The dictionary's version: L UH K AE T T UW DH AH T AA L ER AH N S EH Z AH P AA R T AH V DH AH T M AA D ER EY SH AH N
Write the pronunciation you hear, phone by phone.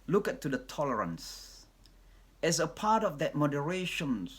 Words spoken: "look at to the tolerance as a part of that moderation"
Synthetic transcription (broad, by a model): L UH K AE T T UW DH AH T AA L ER AH N S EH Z AH P AA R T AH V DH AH T M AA D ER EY SH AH N